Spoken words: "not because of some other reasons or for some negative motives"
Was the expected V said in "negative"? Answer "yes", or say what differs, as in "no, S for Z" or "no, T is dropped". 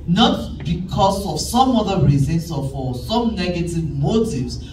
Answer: yes